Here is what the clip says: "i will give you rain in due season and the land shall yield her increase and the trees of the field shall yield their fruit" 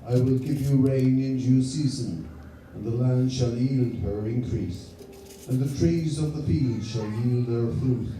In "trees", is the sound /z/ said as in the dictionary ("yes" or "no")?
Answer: yes